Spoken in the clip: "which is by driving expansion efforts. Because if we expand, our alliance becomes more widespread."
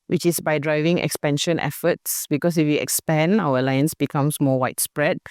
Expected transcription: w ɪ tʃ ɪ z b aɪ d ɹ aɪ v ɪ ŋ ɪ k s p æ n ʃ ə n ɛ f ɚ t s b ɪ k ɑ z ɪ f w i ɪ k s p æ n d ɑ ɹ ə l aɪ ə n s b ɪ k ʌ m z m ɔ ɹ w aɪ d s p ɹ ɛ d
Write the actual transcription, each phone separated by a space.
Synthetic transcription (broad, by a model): w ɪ tʃ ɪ s b aɪ d ɹ aɪ v ɪ ŋ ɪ k s p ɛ n ʃ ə n ɛ f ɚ t s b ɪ k ɑ s ɪ f w i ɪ k s p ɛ n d ɑ w ə l aɪ ə n s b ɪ k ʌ m s m ɔ w aɪ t s p ɹ ɛ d